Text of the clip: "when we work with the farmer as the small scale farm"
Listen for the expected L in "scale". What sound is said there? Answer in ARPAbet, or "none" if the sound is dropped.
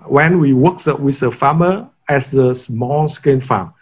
N